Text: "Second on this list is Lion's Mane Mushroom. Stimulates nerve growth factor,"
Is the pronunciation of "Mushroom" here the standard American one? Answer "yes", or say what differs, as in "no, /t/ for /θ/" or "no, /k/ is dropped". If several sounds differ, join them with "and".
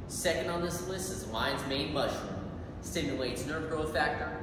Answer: no, /ɹ/ is dropped